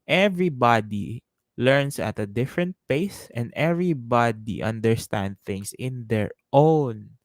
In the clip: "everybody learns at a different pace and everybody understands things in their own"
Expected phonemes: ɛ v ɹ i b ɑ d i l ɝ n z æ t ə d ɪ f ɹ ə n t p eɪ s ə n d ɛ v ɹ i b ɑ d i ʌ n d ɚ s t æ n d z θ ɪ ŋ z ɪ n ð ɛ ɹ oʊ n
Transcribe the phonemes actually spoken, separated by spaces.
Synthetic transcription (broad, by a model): ɛ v ɹ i b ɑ d i l ɝ n s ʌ t ə d ɪ f ɹ ə n t p eɪ s ə n d ɛ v ɹ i b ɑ d i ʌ n d ɚ s t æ n d θ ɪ ŋ s ɪ n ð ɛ ɹ oʊ n